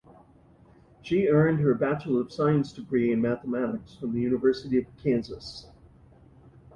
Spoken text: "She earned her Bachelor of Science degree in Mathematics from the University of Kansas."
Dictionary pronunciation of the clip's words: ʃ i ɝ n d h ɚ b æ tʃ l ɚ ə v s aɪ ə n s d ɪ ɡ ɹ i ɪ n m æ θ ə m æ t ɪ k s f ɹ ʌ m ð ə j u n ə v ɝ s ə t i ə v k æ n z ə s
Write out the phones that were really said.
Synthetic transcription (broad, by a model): ʃ i ɝ n d h ɚ b æ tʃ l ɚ ə v s aɪ ə n s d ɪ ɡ ɹ i ɪ n m æ θ ə m æ t ɪ k s f ɹ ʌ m ð ə j u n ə v ɝ s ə t i ə v k æ n z ə s